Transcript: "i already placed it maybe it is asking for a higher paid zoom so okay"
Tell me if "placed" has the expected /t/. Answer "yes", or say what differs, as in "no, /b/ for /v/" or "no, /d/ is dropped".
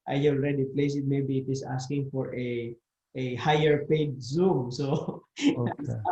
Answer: no, /t/ is dropped